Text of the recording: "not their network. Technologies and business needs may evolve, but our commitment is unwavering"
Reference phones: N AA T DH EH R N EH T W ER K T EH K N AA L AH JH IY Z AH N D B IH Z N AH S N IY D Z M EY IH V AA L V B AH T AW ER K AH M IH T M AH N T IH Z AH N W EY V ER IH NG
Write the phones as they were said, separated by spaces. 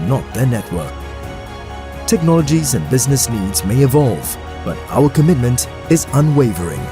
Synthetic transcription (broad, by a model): N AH T DH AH R N EH T W ER K T EH K N AA L AH JH IY Z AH N B IH Z N AH S N IY D Z M EY IH V AA L V B AH T AW ER K AH M IH T M AH N T IH Z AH N W EY V ER IH NG